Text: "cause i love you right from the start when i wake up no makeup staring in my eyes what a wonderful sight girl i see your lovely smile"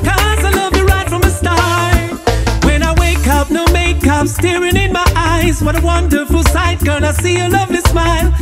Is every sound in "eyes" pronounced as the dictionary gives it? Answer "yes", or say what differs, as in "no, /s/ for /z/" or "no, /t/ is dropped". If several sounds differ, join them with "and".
yes